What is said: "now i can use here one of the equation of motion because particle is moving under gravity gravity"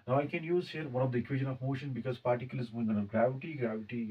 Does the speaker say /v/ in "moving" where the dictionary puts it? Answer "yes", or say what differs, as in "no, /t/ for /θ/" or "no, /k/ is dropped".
no, /v/ is dropped